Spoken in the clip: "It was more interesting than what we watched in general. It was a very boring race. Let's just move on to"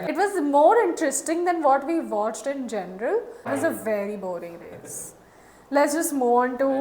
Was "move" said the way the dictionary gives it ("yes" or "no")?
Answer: no